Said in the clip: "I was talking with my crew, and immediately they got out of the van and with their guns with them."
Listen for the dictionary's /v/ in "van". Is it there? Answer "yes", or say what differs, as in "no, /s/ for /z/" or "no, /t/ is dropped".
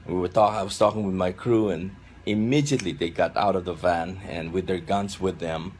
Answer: yes